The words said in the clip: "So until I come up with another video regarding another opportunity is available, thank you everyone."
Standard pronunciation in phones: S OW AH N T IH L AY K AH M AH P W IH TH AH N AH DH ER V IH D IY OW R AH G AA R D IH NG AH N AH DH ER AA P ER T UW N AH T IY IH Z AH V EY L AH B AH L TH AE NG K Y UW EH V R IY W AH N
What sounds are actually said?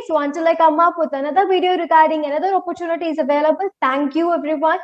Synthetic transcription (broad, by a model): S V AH N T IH L AY K AH M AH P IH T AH N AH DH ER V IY D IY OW R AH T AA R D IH NG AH N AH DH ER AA P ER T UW N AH T IY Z AH V EY L AH B AH L T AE NG K Y UW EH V R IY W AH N